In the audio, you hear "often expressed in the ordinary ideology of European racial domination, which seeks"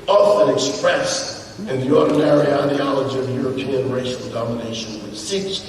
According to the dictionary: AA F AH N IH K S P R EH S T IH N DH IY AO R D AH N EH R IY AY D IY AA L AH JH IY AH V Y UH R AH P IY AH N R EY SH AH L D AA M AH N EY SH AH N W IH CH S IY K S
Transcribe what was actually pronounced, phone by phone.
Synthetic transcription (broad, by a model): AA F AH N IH K S P R EH S IH N DH IY AO R D N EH R IY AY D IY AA L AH JH IY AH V Y UH R AH P IY AH N R EY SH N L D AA M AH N EY SH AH N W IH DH S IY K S